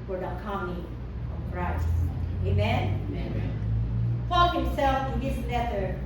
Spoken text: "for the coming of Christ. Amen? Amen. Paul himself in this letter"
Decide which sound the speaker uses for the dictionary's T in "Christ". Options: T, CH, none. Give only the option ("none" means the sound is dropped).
none